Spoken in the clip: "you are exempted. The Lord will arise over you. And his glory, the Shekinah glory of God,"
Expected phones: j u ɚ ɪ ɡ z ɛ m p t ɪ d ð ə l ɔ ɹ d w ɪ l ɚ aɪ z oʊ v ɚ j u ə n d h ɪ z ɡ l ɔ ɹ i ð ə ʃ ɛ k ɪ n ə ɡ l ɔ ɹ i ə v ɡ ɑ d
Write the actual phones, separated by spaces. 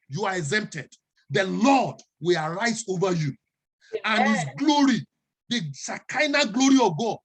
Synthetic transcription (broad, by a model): j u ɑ ɪ ɡ z ɛ m p t ɪ d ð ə l ɔ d w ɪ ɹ aɪ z oʊ v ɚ j u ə n h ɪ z ɡ l ɔ ɹ i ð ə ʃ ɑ k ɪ n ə ɡ l ɔ ɹ i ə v ɡ ɑ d